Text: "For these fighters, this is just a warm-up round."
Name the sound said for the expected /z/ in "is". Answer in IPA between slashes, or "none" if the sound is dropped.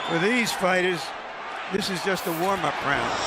/z/